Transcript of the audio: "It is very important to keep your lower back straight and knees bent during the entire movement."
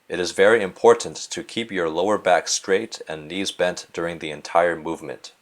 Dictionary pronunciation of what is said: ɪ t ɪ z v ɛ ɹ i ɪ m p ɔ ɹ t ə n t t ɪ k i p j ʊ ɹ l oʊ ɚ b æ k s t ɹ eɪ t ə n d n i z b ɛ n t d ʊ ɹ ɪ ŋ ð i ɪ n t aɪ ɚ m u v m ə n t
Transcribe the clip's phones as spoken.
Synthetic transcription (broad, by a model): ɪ t ɪ z v ɛ ɹ i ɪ m p ɔ ɹ t n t t ɪ k i p j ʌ ɹ l oʊ ɚ b æ k s t ɹ eɪ t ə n n i z b ɛ n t d ʊ ɹ ɪ ŋ ð i ɪ n t aɪ ɚ m u v m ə n t